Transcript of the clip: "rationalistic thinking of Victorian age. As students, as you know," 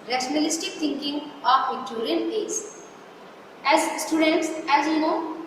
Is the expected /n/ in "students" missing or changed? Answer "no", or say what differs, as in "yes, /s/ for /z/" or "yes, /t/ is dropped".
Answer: no